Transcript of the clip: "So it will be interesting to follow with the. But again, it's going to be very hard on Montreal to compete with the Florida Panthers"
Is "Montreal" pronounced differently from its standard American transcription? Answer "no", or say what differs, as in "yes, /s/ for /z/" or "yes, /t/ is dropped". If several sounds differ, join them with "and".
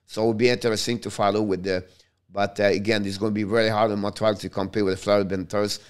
yes, /n/ is dropped